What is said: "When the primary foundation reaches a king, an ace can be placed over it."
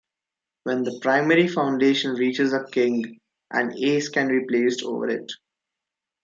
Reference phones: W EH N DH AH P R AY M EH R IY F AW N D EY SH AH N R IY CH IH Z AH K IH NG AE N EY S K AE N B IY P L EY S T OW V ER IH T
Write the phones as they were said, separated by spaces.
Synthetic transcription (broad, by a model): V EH N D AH P R AY M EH R IY F AW N D EY SH AH N R IY CH IH Z AH K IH NG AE N EY S K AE N B IY P L EY S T OW V ER IH T